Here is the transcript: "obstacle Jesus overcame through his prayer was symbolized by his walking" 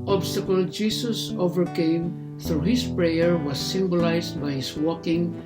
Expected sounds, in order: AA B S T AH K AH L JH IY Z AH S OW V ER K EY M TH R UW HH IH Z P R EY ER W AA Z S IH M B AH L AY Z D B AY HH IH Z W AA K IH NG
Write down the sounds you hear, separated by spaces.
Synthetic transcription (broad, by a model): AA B S T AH K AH L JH IY S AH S OW V ER K EY M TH R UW HH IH S P R EY ER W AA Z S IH M B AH L AY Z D B AY HH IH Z W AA K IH NG